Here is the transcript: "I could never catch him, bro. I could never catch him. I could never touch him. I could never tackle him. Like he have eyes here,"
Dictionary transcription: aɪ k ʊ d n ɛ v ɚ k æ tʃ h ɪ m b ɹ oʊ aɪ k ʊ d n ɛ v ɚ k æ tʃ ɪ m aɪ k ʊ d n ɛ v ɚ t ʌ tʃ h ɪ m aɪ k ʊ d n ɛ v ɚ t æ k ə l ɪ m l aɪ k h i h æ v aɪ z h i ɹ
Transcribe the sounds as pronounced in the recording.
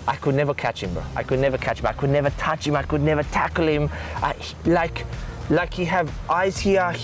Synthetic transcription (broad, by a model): aɪ k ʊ d n ɛ v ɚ k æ tʃ h ɪ m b oʊ aɪ k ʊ d n ɛ v ɚ k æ tʃ ɪ m aɪ k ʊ d n ɛ v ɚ t ʌ tʃ h ɪ m aɪ k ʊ d n ɛ v ɚ t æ k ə l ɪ m l aɪ k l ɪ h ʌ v aɪ z h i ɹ